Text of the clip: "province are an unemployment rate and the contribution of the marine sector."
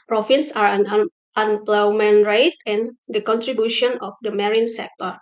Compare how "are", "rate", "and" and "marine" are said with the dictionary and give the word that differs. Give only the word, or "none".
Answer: none